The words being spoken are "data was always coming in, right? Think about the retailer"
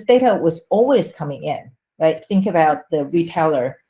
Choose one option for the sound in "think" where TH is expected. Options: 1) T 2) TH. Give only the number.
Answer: 2